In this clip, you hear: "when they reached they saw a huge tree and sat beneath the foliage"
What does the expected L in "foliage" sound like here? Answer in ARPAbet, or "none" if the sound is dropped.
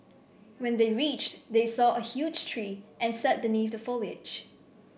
L